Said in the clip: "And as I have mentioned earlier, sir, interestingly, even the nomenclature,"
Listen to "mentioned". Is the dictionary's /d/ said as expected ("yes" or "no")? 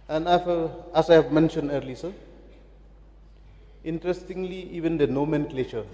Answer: yes